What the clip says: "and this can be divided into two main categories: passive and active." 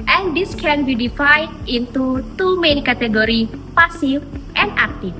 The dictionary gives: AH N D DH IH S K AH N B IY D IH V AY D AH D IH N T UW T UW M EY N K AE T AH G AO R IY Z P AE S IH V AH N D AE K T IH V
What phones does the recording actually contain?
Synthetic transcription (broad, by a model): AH N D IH S K AH N B IY D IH F AY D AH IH N T UW T UW M EY N K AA T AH G AO R IY P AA S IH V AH N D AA K T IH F